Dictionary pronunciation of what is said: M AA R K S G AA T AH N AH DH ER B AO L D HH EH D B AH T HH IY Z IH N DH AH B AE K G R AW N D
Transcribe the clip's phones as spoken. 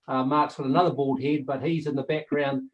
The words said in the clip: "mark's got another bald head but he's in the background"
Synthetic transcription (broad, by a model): M AA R K S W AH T AH N AH DH ER B AO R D HH EH D B AH T HH IY Z IH N DH AH B AE K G R AW N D